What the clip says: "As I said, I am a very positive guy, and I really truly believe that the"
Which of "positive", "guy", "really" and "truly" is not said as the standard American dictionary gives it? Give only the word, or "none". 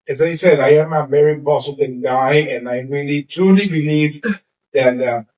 positive